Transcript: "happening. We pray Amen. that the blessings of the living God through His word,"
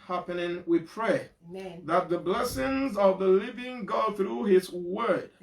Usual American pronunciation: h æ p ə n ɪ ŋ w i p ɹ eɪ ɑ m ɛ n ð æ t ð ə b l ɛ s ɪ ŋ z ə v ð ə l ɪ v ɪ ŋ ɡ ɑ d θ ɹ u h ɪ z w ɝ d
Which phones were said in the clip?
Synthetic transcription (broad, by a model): h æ p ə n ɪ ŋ w i p ɹ eɪ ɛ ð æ t ð ə b l ɛ s ɪ ŋ z ə v ð ə l ɪ v ɪ ŋ ɡ ɑ d θ ɹ u h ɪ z w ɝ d